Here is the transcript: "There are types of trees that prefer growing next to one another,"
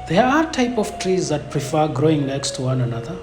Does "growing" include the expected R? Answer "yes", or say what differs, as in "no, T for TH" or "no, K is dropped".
yes